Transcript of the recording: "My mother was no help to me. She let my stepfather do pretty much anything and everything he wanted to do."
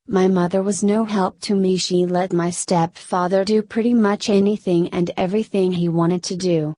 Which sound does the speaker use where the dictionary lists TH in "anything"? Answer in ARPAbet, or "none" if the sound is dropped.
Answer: TH